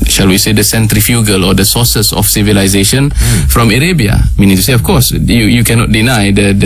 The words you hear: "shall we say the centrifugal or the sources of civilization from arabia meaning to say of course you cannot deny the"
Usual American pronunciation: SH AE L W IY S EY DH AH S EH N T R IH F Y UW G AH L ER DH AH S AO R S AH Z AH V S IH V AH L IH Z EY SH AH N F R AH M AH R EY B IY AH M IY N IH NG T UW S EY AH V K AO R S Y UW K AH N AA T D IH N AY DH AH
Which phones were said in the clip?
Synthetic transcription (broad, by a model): SH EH L W IY S EY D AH S EH N T R IH F Y UW G AH L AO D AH S AO S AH S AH F S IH V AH L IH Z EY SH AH N F R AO M AH R EY B IY AH M IY N IH NG T UW S EY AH F K AO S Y Y UW K AH N AA T D IH N AY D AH